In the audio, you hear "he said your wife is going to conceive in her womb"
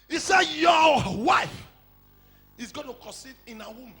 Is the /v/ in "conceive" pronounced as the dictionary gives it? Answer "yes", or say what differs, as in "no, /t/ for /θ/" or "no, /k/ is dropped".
no, /v/ is dropped